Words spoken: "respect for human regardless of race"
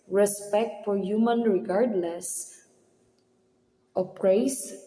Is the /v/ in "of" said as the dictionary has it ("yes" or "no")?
no